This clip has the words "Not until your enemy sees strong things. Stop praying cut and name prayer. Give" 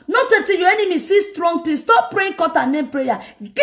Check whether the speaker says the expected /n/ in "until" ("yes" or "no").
no